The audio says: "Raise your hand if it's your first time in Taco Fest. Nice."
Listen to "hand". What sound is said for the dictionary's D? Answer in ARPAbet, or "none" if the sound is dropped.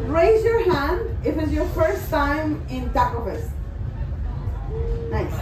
D